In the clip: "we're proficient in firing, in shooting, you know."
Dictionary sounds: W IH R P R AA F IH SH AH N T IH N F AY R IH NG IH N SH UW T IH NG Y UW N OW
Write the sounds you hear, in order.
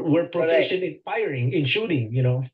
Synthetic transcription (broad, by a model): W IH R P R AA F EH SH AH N IH N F AY R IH NG IH N SH UW T IH NG Y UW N OW